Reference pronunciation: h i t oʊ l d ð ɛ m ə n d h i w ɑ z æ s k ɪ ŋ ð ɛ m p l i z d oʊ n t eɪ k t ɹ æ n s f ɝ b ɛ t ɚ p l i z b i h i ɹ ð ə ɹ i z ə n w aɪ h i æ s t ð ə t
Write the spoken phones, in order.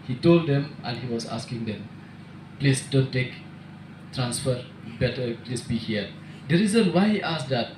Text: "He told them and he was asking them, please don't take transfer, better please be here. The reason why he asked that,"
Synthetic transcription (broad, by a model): h i t oʊ l d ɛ m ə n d h i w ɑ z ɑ s k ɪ ŋ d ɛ m p l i s d oʊ n t eɪ k t ɹ æ n s f ɝ b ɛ t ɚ p l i s b i h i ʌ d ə ɹ i z ə n w aɪ h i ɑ s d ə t